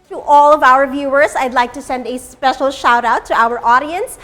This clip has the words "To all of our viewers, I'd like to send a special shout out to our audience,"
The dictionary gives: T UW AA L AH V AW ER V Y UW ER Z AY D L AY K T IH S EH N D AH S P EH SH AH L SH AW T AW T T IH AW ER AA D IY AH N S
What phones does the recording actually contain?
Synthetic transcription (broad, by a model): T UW AA L AH V AW ER V Y UW ER Z AY D L AY K T IH S EH N D AH S P EH SH L SH AW T AW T T IH AW ER AA D IY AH N S